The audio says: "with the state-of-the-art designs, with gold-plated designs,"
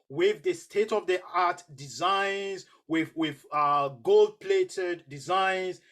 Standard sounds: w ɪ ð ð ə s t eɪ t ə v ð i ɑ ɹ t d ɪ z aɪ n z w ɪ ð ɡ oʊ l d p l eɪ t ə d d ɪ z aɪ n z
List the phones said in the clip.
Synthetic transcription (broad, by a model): w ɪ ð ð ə s t eɪ t ə v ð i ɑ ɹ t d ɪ z aɪ n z w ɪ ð ɡ oʊ l d p l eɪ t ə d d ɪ z aɪ n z